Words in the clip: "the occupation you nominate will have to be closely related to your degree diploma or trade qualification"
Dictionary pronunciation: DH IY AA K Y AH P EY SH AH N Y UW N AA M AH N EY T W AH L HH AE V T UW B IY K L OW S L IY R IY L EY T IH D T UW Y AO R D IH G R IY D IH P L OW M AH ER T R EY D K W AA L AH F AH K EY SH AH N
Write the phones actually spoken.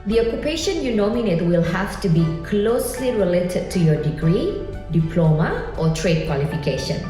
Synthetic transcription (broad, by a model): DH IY AA K Y AH P EY SH AH N Y UW N AA M AH N EY T W AH L HH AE F T UW B IY K L OW S L IY R IY L EY T IH D T UW Y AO D IH G R IY D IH P L OW M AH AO T R EY D K W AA L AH F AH K EY SH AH N